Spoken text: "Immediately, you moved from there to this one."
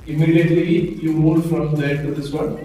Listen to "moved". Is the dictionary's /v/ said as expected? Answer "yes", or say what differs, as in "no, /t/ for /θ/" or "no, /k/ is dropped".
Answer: no, /v/ is dropped